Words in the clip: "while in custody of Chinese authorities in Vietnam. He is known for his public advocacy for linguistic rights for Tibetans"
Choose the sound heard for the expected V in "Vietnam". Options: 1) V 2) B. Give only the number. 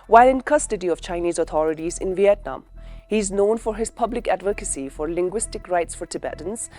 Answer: 1